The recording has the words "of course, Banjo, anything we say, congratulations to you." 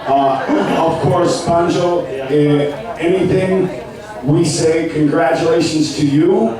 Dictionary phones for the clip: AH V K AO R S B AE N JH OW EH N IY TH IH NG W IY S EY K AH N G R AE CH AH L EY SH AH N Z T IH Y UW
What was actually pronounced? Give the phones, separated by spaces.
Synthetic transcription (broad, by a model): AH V K AO R S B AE N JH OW EH N IY TH IH NG W IY S EY K AH N G R AE CH AH L EY SH AH N Z T IH Y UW